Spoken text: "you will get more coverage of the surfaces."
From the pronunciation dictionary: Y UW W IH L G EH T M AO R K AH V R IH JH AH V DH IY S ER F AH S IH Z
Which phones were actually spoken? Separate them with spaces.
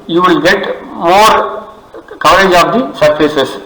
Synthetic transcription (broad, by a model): Y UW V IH L G EH T M AO R K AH R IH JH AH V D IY S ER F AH S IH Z